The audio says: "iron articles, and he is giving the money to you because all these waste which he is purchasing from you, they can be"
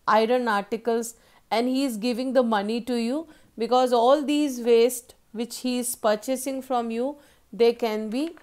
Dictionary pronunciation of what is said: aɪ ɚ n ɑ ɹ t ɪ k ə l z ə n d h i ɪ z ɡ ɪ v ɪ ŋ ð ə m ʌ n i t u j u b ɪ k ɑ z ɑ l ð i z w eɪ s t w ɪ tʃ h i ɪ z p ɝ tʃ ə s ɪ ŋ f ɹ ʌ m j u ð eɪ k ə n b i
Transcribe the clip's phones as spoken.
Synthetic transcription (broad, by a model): aɪ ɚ n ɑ ɹ t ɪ k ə l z ə n d h i ɪ z ɡ ɪ v ɪ ŋ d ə m ʌ n i t u j u b ɪ k ɑ z ɑ l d i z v eɪ s t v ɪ tʃ h i ɪ z p ɝ tʃ ə s ɪ ŋ f ɹ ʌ m j u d eɪ k ə n b i